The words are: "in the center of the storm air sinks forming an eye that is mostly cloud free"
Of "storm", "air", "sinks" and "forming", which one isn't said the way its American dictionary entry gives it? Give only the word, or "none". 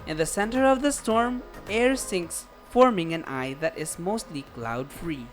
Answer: none